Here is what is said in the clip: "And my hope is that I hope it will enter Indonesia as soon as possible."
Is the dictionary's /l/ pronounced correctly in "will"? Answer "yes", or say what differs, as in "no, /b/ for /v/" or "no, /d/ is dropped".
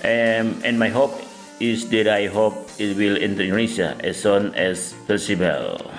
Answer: yes